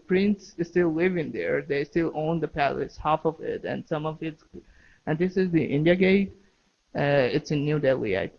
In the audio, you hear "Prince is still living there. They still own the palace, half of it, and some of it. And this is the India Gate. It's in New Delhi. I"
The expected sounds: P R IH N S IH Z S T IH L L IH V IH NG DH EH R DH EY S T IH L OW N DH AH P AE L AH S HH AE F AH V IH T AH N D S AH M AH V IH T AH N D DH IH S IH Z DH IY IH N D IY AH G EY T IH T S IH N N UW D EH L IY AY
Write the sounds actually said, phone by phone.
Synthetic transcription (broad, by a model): P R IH N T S S T IH L L IH V IH NG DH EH R DH EY S T IH L OW N DH AH P AE L AH S HH AE F AH V IH T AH N S AH M AH V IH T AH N DH IH S IH Z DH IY IH N D IY AH G EY T IH T S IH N N UW D EH L IY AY